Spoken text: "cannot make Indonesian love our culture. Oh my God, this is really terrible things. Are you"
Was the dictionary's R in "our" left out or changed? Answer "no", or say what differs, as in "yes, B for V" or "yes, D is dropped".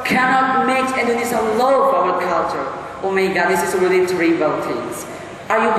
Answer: yes, L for R